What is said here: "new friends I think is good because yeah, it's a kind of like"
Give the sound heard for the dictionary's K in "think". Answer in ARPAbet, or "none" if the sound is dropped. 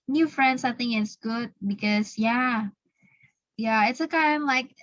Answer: none